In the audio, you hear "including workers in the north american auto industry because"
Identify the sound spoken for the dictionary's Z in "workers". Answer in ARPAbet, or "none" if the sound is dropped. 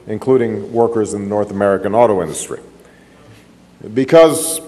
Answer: Z